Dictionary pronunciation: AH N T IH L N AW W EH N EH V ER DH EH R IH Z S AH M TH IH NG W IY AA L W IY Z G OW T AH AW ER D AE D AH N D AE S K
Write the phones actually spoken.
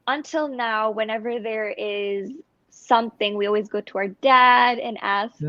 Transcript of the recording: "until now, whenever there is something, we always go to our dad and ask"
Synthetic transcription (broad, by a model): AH N T IH L N AW W EH N EH V ER DH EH R IH Z S AH M TH IH NG W IY AA L W IY Z G OW T AH AW ER D AE D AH N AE S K